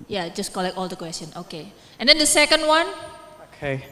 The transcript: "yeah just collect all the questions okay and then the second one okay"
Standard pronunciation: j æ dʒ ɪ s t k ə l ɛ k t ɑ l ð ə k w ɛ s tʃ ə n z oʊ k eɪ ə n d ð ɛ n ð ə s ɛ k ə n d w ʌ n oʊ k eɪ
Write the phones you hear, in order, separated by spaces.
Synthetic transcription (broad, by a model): j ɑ dʒ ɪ s k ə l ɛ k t ɑ l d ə k w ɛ s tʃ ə n oʊ k eɪ ə n d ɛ n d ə s ɛ k ə n d w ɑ n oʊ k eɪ